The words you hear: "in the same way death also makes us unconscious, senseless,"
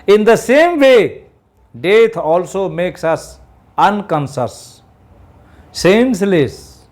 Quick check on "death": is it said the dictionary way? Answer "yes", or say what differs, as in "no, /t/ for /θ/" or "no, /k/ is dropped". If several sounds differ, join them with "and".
no, /t/ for /θ/